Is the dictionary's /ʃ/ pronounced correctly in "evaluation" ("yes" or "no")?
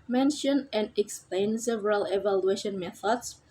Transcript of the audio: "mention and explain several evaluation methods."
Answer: yes